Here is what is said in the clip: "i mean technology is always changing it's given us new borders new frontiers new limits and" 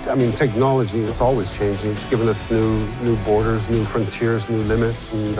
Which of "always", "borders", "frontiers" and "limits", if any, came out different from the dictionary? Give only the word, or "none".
none